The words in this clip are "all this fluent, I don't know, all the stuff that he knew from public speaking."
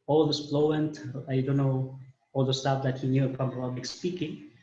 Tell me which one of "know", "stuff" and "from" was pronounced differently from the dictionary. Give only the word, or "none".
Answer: from